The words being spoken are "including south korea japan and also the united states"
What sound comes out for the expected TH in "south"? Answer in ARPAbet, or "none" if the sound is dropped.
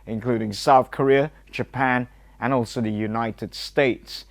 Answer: TH